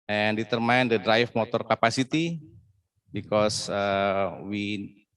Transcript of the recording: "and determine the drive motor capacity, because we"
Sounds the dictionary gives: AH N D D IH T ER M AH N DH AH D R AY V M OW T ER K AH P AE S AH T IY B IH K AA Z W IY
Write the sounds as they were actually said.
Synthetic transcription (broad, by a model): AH N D D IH T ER M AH N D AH D R AY F M OW T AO K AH P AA S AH T IY B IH K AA S W IY